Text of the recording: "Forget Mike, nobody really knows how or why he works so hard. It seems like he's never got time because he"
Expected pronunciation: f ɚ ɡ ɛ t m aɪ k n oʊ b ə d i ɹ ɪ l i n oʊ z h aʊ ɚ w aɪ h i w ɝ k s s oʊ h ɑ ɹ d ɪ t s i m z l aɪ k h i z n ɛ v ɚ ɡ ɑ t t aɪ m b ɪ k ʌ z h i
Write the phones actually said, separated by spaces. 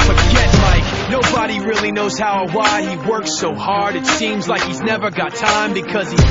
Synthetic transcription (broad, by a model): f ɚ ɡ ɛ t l aɪ k n oʊ b ə d i ɹ ɪ l i n oʊ z h aʊ ɚ w aɪ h i w ɝ k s s oʊ h ɑ ɹ d ɪ t s i m z l aɪ k h i z n ɛ v ɚ ɡ ɑ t t aɪ m b ɪ k ʌ z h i